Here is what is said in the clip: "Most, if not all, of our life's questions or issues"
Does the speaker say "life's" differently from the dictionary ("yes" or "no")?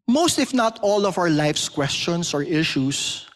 no